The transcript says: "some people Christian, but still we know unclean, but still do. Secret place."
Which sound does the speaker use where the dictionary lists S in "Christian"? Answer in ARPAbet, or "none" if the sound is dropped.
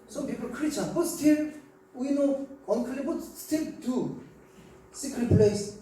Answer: none